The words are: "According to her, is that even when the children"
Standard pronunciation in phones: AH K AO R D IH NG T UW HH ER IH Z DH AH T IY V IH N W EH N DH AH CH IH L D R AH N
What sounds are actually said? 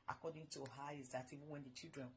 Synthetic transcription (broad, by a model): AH K AO D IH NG T UW HH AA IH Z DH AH T IY V IH N W EH N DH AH CH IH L D R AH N